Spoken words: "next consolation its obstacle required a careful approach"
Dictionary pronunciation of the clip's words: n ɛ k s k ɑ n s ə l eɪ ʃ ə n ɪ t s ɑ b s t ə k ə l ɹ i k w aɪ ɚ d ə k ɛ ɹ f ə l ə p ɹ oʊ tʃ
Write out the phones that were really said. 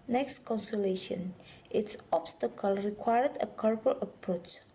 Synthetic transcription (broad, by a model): n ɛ k s k ɑ n s ə l eɪ ʃ ə n ɪ t s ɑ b s t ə k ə l ɹ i k w aɪ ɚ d ə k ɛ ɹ p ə l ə p ɹ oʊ tʃ